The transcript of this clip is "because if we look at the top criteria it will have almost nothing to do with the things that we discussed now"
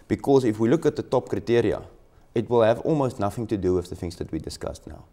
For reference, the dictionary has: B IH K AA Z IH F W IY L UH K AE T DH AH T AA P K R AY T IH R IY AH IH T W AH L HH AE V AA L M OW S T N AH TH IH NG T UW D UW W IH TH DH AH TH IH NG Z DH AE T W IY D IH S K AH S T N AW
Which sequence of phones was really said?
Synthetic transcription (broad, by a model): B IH K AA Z IH F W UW L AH K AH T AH T AA P K R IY T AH R IY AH IH T W AH L HH AE V AA L M OW S T N AH TH IH NG T UW D UW W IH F DH AH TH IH NG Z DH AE T W IY D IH S K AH S N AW